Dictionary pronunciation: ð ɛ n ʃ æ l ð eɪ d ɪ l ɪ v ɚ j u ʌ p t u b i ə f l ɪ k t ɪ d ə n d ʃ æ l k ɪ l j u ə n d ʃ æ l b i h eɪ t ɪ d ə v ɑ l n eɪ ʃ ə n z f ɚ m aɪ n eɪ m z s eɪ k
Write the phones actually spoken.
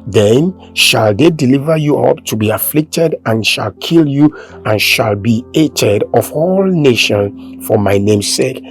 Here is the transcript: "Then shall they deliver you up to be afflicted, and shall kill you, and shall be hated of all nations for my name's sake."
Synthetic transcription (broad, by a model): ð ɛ n ʃ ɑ l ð eɪ d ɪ l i v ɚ j u ʌ p t u b i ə f l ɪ k t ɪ d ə n ʃ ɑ l k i l j u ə n ʃ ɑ l b i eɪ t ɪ d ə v ɑ l n eɪ ʃ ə n f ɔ m aɪ n eɪ m s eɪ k